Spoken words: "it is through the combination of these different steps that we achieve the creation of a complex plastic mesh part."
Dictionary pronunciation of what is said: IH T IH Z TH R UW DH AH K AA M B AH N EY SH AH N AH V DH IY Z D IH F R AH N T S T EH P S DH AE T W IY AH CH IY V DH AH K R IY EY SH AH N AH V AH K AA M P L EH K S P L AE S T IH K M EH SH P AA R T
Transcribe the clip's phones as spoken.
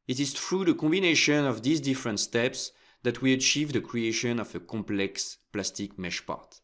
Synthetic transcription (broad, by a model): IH T IH Z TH R UW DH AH K AA M B AH N EY SH AH N AH V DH IY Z D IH F R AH N T S T EH P S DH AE T W IY AH CH IY V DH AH K R IY EY SH AH N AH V AH K AA M P L EH K S P L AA S T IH K M EH SH P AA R T